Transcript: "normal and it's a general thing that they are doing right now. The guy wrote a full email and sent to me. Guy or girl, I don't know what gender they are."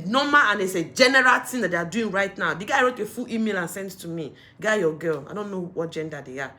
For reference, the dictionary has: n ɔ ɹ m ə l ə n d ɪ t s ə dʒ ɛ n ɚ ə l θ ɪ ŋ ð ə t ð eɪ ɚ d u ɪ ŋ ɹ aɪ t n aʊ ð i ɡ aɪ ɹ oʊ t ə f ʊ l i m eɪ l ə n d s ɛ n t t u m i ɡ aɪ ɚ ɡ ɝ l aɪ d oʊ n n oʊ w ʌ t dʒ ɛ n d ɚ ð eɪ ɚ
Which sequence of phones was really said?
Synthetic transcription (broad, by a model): n ɔ m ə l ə n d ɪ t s ə dʒ ɛ n ɚ ə l t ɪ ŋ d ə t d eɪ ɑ d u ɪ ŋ ɹ aɪ t n aʊ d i ɡ aɪ ɹ oʊ t ə f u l i m eɪ l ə n s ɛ n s t u m i ɡ aɪ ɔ ɡ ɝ l aɪ d oʊ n n oʊ w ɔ t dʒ ɛ n d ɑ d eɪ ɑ